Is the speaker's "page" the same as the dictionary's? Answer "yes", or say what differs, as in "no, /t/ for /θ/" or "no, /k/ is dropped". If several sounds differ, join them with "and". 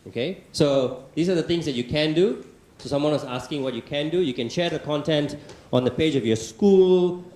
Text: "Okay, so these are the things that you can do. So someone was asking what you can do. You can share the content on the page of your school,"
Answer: yes